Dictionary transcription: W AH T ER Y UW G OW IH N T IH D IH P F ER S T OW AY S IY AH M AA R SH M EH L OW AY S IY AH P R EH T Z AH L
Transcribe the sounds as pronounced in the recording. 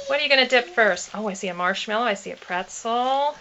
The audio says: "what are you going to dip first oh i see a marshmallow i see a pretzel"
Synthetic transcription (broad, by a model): W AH T ER Y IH G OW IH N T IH D IH P F ER S T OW AY S IY AH M AA R SH M EH L OW AY S IY AH P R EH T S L